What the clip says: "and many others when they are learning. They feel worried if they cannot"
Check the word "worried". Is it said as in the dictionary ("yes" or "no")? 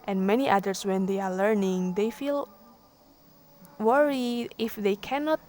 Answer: no